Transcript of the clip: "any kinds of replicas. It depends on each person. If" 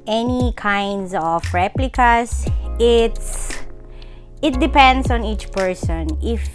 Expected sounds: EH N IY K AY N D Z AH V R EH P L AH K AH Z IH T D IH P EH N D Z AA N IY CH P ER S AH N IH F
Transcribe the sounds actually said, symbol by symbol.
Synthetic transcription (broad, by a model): EH N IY K AY N D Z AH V R EH P L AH K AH S IH T D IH P EH N D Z AA N IY CH P ER S AH N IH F